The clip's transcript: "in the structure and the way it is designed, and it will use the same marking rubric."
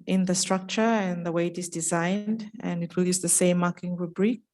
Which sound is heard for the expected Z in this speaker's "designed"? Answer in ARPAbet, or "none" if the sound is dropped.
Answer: Z